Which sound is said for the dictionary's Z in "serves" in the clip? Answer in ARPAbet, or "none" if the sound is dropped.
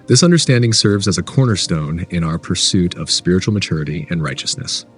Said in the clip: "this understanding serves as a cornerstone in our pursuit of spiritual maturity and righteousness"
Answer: Z